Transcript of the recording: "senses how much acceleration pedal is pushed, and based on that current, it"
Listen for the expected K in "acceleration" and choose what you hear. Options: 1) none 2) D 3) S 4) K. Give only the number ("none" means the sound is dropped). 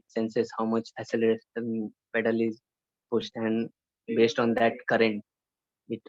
1